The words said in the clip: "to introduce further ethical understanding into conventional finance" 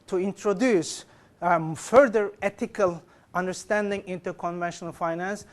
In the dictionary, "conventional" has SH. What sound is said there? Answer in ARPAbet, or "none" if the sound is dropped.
SH